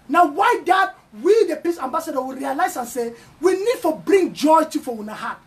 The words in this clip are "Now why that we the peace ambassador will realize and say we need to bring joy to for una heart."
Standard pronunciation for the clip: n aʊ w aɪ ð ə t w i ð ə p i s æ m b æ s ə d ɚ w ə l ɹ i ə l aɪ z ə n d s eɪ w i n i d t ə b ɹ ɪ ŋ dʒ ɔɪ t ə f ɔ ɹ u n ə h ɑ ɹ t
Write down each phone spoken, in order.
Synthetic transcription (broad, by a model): n aʊ w aɪ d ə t w i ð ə p i s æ m b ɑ s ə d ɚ w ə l ɹ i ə l aɪ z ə n s eɪ w i n i d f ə b ɹ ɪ ŋ dʒ ɔɪ t ə f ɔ w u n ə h ɑ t